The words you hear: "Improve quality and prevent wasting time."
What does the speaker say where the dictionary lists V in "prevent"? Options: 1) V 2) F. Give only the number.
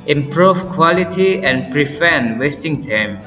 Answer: 2